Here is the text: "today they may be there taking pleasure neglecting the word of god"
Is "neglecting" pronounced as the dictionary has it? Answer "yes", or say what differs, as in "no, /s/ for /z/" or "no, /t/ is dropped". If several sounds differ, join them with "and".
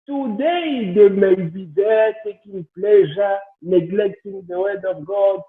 yes